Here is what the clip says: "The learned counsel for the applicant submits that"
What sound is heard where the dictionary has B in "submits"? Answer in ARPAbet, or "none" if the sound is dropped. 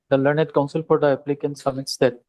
none